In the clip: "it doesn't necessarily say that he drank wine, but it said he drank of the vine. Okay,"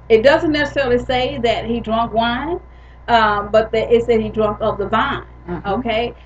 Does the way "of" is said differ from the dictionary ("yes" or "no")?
yes